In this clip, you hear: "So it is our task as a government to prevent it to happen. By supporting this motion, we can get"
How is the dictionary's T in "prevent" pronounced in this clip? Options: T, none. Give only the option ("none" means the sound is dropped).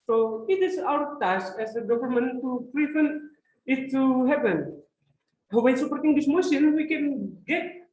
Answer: none